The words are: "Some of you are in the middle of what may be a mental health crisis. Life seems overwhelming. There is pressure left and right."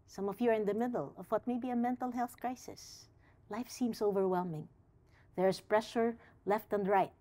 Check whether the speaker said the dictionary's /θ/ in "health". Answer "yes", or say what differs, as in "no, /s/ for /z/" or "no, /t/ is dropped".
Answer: yes